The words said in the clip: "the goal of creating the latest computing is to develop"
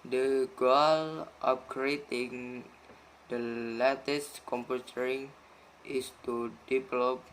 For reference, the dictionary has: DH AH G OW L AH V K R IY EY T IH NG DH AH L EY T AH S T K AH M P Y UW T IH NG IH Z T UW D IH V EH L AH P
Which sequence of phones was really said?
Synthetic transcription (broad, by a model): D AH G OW L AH P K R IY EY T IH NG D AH L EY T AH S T K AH M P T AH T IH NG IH S T UW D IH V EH L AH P